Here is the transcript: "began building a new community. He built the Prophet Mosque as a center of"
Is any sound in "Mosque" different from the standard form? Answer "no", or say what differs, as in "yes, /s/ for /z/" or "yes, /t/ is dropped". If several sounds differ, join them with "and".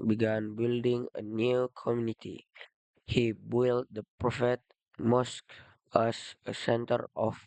no